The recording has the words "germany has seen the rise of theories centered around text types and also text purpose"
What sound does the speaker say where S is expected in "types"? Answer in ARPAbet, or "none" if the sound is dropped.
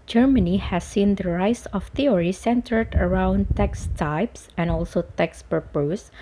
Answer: S